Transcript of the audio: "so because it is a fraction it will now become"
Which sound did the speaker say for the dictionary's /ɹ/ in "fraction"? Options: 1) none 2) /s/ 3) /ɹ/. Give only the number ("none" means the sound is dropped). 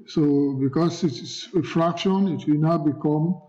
3